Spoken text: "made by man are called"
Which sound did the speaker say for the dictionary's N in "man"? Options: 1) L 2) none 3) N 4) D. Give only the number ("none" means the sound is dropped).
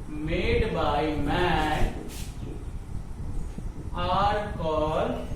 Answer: 2